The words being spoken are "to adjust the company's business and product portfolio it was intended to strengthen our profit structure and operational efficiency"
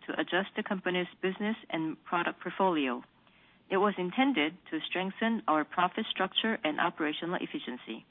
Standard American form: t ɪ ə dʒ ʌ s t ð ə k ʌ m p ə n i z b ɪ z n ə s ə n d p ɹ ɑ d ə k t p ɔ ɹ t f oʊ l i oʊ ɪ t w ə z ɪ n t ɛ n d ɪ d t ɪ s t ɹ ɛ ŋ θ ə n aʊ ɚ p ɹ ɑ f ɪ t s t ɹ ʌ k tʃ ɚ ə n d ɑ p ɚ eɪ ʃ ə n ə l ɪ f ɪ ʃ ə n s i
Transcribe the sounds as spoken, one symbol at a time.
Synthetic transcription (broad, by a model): t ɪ ə dʒ ʌ s t ð ə k ʌ m p ə n i z b ɪ z n ə s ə n p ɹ ɑ d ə k p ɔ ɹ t f oʊ l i oʊ ɪ t w ə z ɪ n t ɛ n d ɪ d t ɪ s t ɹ ɛ ŋ θ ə n aʊ ɚ p ɹ ɑ f ɪ t s t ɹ ʌ k tʃ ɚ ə n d ɑ p ɚ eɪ ʃ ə n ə l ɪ f ɪ ʃ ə n s i